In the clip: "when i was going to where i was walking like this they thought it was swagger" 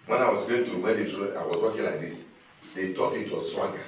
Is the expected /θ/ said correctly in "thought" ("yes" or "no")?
no